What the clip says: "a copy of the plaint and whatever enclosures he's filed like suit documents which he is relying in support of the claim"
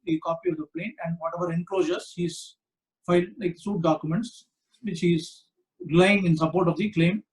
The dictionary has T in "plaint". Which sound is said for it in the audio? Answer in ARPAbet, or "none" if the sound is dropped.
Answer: none